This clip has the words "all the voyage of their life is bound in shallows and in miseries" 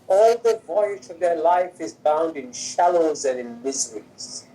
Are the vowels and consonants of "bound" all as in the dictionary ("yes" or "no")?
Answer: yes